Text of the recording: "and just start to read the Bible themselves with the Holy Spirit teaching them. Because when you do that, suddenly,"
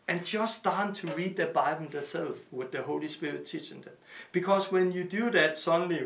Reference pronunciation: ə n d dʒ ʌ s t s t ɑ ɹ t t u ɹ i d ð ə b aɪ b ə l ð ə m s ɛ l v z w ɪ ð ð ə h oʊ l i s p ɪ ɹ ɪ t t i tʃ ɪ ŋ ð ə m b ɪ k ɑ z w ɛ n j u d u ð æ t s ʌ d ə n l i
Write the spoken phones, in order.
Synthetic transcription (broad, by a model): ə n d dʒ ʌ s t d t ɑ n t t u ɹ i d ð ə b aɪ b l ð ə s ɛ l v w ɪ ð ð ə h oʊ l i s p ɪ ɹ ɪ t t i tʃ ɪ ŋ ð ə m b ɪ k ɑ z w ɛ n j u d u ð æ t s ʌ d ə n l i